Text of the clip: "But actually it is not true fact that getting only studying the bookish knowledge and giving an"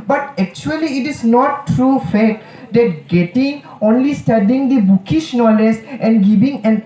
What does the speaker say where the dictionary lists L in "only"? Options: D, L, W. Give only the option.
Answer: L